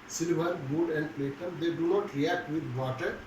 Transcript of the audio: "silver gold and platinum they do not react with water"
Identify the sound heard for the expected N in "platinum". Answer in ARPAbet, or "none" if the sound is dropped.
none